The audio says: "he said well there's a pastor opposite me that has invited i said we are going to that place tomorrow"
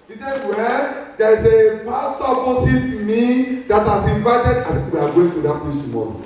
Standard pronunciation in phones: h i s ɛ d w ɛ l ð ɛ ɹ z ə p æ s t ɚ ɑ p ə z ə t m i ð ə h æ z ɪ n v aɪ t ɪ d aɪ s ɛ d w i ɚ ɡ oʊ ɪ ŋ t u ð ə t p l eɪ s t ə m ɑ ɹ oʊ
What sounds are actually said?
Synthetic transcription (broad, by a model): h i s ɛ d w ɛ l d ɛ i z ə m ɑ s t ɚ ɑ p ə s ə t m i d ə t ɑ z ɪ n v aɪ t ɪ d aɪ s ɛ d w i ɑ ɡ oʊ ɪ ŋ t u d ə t p l eɪ s t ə m ɑ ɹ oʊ